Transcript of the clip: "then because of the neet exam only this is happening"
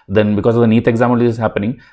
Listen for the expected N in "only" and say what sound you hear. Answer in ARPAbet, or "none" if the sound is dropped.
none